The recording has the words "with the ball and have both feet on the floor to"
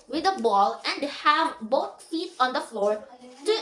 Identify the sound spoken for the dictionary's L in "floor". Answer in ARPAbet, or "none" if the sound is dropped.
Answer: L